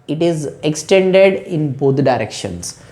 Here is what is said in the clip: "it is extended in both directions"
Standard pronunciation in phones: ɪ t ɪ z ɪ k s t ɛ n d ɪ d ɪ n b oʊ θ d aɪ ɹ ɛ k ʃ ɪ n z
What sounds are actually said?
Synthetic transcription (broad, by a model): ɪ t ɪ z ɪ k s t ɛ n d ɪ d ɪ n b oʊ t d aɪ ɹ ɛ k ʃ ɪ n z